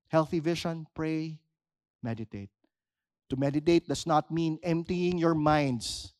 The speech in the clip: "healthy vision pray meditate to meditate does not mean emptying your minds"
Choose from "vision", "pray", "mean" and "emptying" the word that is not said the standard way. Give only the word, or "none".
vision